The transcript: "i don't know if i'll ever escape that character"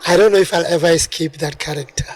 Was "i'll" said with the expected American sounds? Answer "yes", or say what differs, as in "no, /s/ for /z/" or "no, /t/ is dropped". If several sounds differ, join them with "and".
yes